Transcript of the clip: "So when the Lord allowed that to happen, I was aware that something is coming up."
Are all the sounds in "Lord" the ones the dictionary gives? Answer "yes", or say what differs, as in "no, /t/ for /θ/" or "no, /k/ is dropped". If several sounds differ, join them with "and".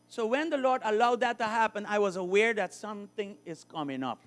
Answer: yes